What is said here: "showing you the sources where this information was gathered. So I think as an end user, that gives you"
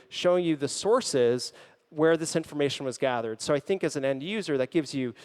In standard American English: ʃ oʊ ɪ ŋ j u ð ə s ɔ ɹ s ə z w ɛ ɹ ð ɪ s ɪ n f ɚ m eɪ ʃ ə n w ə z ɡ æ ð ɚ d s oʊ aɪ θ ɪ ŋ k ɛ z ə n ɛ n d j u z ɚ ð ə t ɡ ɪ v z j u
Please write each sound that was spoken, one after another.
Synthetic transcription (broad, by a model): ʃ oʊ ɪ ŋ j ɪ ð ə s ɔ ɹ s ə z w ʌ ɹ ð ɪ s ɪ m f ɚ m eɪ ʃ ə n w ə z ɡ æ ð ɚ d s oʊ aɪ θ ɪ ŋ k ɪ z n ɛ n d j u z ɚ ð ə t ɡ ɪ v z j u